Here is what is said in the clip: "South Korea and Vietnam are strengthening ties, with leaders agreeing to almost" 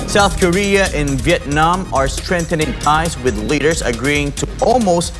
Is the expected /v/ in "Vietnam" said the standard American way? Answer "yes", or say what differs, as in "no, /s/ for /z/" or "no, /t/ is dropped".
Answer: yes